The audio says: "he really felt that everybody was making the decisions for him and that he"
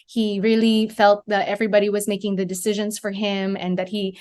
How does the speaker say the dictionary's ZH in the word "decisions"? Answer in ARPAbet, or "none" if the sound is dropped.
ZH